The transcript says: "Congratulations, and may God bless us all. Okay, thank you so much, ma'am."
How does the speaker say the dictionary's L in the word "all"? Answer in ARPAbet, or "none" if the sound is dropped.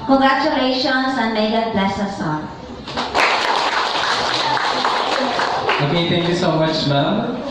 N